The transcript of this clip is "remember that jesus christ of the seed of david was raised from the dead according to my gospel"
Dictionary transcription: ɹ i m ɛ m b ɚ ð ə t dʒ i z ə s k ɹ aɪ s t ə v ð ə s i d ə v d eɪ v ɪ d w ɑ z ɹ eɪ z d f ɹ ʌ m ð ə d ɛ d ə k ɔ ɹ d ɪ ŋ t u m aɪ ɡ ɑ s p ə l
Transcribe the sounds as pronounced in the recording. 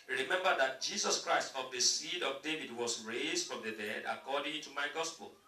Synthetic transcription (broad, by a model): ɹ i m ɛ m b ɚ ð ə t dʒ i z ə s k ɹ aɪ s t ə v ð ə s i d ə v d eɪ v ɪ d w ɑ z ɹ eɪ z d f ɹ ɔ m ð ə d ɛ d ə k ɔ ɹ d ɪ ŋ t u m aɪ ɡ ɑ s p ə l